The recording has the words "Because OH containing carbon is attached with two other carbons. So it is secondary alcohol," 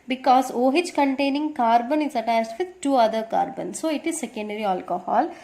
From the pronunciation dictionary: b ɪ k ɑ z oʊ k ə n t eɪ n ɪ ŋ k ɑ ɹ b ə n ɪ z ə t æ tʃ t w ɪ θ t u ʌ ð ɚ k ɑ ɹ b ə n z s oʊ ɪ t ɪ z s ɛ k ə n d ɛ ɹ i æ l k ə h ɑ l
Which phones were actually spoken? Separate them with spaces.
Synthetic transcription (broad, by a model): b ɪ k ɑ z oʊ k ə n t eɪ n ɪ ŋ k ɑ ɹ b ə n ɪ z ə t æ s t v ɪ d t u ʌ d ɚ k ɑ ɹ b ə n s oʊ ɪ t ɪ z s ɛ k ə n d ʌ ɹ i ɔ l k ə h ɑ l